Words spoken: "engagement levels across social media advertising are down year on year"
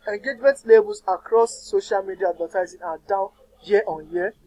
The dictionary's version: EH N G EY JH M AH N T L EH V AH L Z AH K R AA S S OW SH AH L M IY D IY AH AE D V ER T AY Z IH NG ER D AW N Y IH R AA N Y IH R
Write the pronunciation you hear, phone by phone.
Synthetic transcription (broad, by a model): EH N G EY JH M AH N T L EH B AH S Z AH K R AA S S OW SH AH L M IY D IY AH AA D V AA T AY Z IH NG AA D AW N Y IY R AA N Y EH